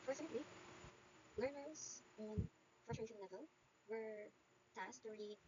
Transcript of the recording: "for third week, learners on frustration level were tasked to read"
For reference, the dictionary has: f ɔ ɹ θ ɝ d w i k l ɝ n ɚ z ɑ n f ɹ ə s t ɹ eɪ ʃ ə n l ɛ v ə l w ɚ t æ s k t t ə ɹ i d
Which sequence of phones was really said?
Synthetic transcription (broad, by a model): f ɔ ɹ s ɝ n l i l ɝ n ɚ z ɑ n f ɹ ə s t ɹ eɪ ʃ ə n l ɛ v ə l w ɚ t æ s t t ə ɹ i